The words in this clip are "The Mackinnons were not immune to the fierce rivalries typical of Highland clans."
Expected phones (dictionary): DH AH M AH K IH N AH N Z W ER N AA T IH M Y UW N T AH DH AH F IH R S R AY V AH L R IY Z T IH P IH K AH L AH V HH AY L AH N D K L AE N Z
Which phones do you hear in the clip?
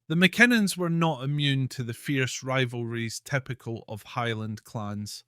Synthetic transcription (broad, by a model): DH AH M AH K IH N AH N Z W ER N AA T IH M Y UW N T AH DH AH F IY R S R AY V AH L R IY Z T IH P IH K AH L AH V HH AY L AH N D K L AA N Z